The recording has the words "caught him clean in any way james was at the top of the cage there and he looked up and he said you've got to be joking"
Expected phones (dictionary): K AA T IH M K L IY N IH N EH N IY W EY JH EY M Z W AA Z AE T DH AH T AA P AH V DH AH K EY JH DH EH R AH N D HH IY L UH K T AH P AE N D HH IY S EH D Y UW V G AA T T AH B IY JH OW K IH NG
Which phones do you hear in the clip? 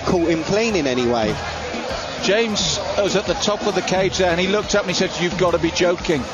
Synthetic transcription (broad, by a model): K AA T IH M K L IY N IH N EH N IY W EY JH EY M Z W AA Z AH T DH AH T AA P AH V DH AH K EY JH DH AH R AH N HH IY L UH K T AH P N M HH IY S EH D Y UW V G AA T T AH B IY JH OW K IH NG